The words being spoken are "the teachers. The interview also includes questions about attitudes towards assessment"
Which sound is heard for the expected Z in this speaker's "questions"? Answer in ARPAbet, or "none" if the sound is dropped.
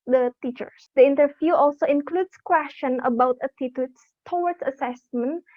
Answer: none